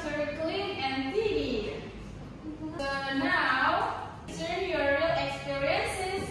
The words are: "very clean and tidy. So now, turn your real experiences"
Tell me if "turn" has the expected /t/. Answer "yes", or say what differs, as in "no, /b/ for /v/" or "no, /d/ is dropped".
no, /s/ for /t/